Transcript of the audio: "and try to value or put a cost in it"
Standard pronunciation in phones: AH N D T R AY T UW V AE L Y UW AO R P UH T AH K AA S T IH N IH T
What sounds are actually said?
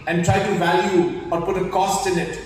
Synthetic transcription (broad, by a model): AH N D T R AY T UW V AE L Y UW AO R P UH T AH K AA S T IH N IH T